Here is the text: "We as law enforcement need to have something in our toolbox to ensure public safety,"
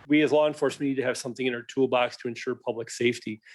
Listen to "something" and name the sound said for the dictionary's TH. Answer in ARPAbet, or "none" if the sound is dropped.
TH